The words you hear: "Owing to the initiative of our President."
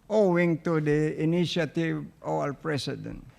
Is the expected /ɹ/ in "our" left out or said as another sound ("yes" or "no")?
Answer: yes